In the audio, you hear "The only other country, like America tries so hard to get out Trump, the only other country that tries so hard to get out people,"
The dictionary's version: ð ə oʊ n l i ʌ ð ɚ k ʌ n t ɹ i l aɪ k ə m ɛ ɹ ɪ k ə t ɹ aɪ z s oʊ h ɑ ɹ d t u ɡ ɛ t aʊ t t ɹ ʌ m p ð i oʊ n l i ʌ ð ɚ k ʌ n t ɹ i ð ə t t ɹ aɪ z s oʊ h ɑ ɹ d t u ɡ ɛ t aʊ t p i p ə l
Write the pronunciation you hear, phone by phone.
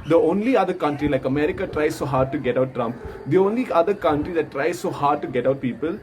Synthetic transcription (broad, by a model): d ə oʊ n l i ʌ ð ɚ k ʌ n t ɹ i l aɪ k ə m ɛ ɹ ɪ k ə t ɹ aɪ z s oʊ h ɑ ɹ d t u ɡ ɛ t aʊ t t ɹ ʌ m p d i oʊ n l i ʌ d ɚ k ʌ n t ɹ i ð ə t t ɹ aɪ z s oʊ h ɑ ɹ d t u ɡ ɛ t aʊ t p i p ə l